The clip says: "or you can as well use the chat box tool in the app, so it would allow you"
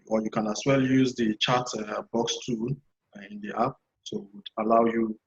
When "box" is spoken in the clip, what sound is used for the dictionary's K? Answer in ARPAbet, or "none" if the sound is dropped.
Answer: K